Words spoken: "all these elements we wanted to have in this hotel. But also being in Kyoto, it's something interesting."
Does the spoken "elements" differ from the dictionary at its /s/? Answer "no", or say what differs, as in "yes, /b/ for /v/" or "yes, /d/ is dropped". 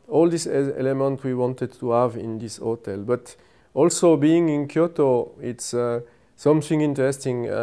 yes, /s/ is dropped